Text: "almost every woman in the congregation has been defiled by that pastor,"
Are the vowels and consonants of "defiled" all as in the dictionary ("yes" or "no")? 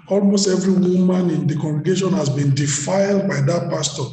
yes